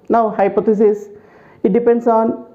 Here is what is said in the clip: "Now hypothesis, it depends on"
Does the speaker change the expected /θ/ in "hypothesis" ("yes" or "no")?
yes